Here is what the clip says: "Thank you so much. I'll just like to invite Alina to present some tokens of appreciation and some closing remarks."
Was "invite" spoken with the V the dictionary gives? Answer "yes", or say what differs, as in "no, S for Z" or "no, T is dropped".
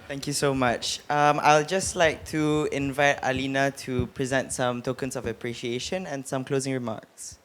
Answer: yes